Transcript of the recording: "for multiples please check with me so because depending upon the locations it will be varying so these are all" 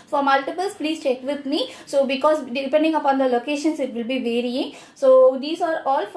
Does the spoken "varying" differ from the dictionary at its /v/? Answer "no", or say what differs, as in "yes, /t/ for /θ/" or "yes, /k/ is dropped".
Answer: no